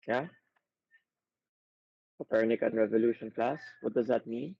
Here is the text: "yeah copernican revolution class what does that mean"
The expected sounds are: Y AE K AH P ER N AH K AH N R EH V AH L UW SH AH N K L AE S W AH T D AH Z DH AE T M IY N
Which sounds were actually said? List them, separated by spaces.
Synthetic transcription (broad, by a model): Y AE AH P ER N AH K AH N R EH V AH L UW SH AH N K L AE S W AH T D AH Z DH AE T M IY N